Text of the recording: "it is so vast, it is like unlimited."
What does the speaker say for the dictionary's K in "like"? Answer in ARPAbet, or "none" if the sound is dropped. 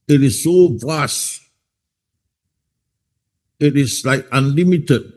K